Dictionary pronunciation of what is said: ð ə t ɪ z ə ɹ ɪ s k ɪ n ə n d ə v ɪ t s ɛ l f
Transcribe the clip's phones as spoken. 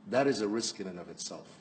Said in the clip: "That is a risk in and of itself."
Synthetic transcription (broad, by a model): ð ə t ɪ z ə ɹ ɪ s k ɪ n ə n ə v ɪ t s ɛ l f